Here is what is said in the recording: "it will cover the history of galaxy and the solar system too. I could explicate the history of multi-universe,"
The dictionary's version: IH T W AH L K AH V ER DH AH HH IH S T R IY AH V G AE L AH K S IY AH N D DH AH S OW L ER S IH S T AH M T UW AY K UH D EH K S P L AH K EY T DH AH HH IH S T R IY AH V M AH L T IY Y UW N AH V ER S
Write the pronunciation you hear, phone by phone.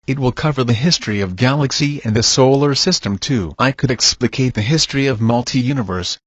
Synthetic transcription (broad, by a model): IH T W AH L K AH V ER DH AH HH IH S T R IY AH V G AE L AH K S IY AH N DH AH S OW L ER S IH S T AH M T UW AY K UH D EH K S P L AH K EY T DH AH HH IH S T R IY AH V M AH L T IY Y UW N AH V ER S